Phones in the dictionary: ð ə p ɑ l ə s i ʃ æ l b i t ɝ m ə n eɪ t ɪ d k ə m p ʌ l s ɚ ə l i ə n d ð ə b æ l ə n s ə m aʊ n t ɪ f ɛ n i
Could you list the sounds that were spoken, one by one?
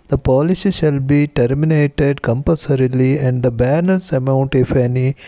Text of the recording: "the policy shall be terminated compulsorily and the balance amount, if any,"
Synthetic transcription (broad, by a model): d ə p ɑ l ə s i ʃ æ l b i t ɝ m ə n eɪ t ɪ d k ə m p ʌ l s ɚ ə l i ə n d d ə b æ n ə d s ə m aʊ n t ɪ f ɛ n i